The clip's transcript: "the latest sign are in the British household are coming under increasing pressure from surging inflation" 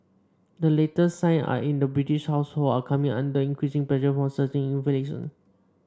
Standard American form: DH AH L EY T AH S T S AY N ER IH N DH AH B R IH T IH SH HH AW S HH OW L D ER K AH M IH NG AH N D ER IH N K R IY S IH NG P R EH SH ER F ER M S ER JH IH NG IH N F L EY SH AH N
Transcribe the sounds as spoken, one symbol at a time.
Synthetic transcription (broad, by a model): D AH L EY T AH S S AY N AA IH N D AH B R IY T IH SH HH AW S HH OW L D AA K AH M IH NG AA N D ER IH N K R IY S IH NG P L EH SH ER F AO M S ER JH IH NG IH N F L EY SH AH N